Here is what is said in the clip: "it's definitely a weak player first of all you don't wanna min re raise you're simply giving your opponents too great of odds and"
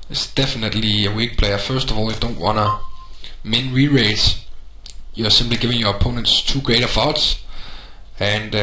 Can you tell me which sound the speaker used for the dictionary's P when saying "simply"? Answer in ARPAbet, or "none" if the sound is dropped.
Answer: B